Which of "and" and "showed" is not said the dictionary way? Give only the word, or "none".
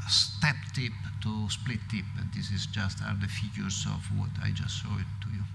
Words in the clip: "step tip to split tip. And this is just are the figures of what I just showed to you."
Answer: showed